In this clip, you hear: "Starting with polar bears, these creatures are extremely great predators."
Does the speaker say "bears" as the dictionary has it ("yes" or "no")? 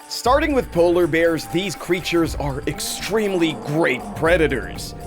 yes